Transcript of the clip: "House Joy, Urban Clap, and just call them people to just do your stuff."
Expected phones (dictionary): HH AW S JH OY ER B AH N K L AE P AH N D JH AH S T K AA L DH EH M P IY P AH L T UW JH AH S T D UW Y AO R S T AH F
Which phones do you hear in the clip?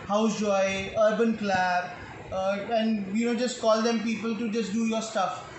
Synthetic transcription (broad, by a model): HH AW S JH OY ER B AH N K L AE B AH N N JH AH S T K AA L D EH M P IY P AH L T UW JH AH S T D UW Y AO R S T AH F